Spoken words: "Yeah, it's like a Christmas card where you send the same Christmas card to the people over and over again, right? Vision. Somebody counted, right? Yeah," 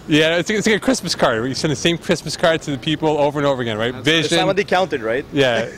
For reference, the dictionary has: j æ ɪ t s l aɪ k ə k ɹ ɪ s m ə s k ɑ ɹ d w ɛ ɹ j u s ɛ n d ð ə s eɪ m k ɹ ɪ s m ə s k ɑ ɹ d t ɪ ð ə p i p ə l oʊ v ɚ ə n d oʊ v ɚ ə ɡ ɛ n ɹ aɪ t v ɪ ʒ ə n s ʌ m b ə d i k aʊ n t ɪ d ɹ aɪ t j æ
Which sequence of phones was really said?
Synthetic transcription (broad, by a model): j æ ɪ t s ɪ ə k ɹ ɪ s m ə s k ɑ ɹ d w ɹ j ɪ s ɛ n ð ə s eɪ m k ɹ ɪ s m ə s k ɑ ɹ d t ɪ ð ə p i p l oʊ v ɚ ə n oʊ v ɚ ə ɡ ɛ n ɹ aɪ t v ɪ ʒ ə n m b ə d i k aʊ n t ɪ d ɹ aɪ t j æ